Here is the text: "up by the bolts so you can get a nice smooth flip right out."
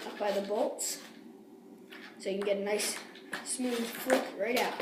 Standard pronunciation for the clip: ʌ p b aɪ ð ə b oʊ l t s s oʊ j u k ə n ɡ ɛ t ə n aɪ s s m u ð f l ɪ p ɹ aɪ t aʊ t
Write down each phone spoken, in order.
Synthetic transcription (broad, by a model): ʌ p b aɪ ð ə b oʊ l t s s oʊ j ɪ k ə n ɡ ɛ t ə n aɪ s s m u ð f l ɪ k ɹ aɪ t aʊ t